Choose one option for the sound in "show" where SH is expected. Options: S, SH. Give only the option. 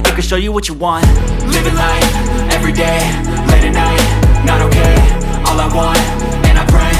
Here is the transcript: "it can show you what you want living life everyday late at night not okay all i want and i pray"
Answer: SH